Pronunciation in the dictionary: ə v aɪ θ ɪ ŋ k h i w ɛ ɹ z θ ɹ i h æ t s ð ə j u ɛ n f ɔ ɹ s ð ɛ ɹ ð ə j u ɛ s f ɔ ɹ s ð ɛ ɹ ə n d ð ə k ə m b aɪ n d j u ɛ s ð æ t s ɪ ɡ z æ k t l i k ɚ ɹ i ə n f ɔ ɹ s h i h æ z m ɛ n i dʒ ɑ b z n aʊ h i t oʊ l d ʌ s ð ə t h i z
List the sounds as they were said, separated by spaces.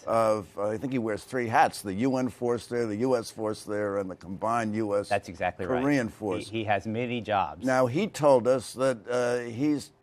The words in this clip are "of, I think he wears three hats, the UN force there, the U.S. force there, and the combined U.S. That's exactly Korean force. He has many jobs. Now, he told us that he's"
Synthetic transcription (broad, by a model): ə v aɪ θ ɪ ŋ k h i w ɛ ɹ z θ ɹ i h æ t s ð ə j u ɛ n f ɔ ɹ s ð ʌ ɹ ð ə j u ɛ s f ɔ ɹ s ð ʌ ɹ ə n ð ə k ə m b aɪ n j u ɛ s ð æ t s ɪ ɡ z æ k t l i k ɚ ɹ i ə n f ɔ ɹ s h i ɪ z m ɛ n i dʒ ɑ b z n aʊ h i t oʊ l d ʌ s ð ə t h i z